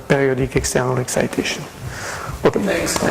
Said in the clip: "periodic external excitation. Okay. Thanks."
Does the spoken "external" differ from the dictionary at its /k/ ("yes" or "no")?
no